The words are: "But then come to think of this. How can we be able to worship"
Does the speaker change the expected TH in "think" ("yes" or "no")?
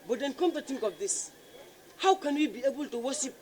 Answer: yes